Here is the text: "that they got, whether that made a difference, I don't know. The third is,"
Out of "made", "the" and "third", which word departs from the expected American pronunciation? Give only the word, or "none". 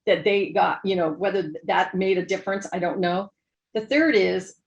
none